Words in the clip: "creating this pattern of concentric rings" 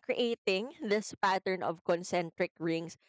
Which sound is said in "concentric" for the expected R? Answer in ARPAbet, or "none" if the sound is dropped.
R